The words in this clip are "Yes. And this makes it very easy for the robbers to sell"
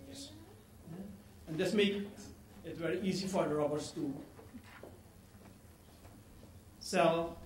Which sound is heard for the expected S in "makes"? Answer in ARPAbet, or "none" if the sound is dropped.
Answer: none